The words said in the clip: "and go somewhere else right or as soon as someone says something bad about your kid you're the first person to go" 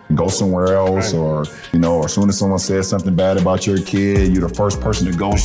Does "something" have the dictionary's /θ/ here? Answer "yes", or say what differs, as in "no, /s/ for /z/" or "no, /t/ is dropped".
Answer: yes